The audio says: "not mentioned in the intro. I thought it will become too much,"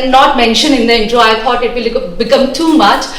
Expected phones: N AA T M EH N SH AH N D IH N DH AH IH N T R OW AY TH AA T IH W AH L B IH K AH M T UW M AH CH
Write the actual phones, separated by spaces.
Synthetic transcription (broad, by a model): N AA T M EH N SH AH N IH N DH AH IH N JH OW AY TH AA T IH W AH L B IH K AH M T UW M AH CH